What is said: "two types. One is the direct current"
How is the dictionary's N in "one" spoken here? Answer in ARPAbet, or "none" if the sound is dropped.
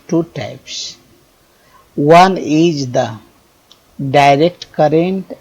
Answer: N